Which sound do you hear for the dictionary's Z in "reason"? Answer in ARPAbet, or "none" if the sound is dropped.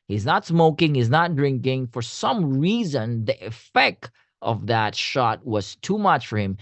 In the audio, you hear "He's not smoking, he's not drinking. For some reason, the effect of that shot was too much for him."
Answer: Z